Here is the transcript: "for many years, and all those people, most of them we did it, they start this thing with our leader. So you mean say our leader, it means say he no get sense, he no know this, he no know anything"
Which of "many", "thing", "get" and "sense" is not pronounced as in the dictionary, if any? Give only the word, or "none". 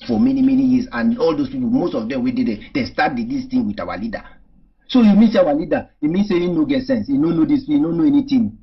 thing